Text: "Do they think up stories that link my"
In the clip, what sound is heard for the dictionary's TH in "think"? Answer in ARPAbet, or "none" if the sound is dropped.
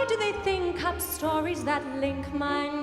TH